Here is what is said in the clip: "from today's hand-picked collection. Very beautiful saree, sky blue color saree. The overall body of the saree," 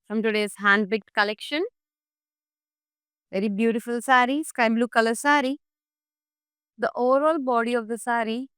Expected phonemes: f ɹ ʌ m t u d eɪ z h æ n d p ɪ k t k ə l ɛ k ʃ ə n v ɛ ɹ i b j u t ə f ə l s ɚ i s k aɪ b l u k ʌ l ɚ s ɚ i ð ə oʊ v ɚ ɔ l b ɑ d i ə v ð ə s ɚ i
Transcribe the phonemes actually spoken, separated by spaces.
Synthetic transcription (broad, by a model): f ɹ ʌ m t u d eɪ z h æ n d b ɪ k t k ə l ɛ k ʃ ə n v ɛ ɹ i b j u t ə f ə l s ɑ i s k aɪ b l u k ʌ l ɚ s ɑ i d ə oʊ v ɚ ɔ l b ɑ d i ə v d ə s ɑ i